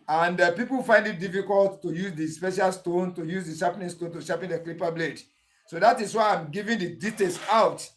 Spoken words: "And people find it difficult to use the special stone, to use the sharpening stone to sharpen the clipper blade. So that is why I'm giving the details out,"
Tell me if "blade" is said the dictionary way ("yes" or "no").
yes